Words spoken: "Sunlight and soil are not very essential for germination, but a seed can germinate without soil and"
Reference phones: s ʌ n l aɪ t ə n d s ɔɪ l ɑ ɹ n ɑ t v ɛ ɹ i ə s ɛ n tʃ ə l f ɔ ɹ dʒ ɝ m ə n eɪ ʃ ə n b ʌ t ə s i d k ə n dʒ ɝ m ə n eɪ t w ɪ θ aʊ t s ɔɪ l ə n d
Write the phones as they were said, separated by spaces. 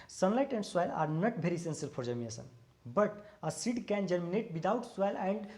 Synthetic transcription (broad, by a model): s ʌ n l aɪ t ə n d s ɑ l ɑ ɹ n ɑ t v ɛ ɹ i s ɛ n s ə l p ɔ ɹ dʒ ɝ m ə eɪ s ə n b ʌ t ə s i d k ə n dʒ ɝ m ə n eɪ t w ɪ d aʊ t s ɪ l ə n d